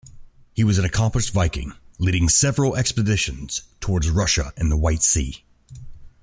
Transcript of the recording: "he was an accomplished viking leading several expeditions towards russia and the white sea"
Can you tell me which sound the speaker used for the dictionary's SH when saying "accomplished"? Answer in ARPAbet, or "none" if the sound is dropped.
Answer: S